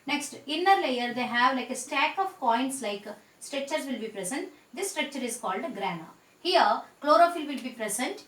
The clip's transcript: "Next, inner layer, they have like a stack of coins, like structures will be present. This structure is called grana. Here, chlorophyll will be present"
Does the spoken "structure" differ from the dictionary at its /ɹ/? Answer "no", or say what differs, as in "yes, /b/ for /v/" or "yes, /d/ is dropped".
no